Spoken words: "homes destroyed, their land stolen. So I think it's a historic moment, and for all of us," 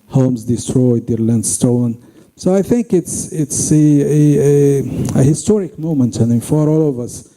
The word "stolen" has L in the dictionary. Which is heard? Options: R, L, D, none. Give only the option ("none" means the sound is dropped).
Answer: none